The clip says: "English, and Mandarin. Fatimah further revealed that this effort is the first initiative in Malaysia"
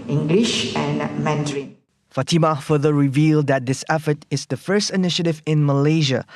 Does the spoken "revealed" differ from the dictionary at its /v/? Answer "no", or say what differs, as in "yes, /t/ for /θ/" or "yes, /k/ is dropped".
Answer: no